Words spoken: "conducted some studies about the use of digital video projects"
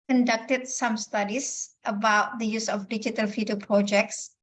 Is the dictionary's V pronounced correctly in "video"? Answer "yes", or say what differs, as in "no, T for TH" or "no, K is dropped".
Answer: no, F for V